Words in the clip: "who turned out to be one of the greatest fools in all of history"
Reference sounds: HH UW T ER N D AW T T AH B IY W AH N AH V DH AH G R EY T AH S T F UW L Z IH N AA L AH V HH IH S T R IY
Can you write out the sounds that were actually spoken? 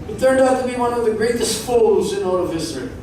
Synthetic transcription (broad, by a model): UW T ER D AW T T AH B IY W AH N AH V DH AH G R EY T AH S T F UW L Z IH N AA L AH V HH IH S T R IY